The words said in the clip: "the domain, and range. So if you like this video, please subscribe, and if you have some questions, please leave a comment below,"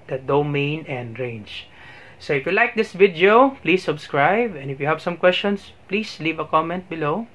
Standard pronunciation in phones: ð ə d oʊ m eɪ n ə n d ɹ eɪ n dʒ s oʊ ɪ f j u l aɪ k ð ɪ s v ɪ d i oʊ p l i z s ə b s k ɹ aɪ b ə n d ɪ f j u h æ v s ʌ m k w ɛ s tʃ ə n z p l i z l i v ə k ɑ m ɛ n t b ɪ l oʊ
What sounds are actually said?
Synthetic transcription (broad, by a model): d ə d oʊ m eɪ n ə n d ɹ eɪ n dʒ s oʊ ɪ f j u l aɪ k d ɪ s v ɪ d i oʊ p l i s ə b s k ɹ aɪ b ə n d ɪ f j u h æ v s ʌ m k w ɛ s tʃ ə n s p l i s l i v ə k ɑ m ɛ n t b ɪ l oʊ